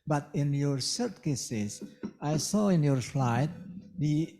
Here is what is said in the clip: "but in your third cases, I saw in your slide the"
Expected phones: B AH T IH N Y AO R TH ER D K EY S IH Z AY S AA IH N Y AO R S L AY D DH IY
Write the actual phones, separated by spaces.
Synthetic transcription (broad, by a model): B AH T IH N Y AO R S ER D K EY S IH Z AY S AA IH N Y AO R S L AY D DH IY